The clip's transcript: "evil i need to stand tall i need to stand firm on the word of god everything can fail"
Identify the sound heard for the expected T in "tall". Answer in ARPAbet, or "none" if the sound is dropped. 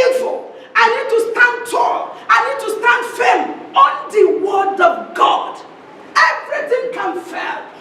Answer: T